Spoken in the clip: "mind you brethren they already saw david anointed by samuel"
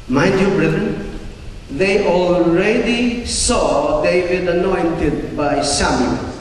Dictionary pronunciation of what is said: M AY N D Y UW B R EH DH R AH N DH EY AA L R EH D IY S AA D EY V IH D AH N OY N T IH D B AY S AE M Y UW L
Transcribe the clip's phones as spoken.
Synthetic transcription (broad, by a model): M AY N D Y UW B R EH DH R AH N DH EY AA L R EH D IY S AA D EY W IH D AH N OY N T IH D B AY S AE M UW